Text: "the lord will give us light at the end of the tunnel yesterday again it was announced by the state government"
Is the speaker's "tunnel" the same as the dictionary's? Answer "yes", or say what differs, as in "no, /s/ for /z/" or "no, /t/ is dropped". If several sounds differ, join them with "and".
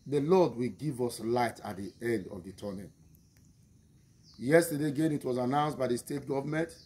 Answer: no, /n/ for /l/